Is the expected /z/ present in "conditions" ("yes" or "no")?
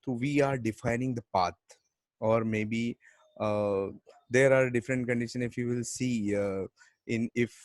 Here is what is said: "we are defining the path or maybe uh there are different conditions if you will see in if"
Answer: no